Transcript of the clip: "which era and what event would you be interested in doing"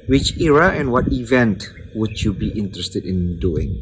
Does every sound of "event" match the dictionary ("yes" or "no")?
yes